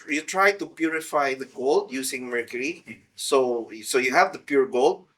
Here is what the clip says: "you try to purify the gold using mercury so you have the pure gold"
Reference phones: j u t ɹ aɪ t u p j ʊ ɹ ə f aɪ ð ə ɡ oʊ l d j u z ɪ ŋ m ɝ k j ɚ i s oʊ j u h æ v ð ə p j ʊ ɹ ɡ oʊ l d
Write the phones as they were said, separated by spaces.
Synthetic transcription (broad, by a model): j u t ɹ aɪ t u p j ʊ ɹ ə f aɪ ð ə ɡ oʊ l d j u s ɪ ŋ m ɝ k j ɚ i s oʊ j u h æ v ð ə p j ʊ ɹ ɡ oʊ l d